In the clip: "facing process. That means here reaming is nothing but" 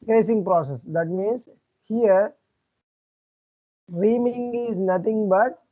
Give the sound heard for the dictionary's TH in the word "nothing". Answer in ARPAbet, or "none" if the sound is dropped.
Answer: T